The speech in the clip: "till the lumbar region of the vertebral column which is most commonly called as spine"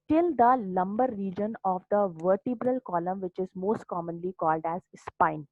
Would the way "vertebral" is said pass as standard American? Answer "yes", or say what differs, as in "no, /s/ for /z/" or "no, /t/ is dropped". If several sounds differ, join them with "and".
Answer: yes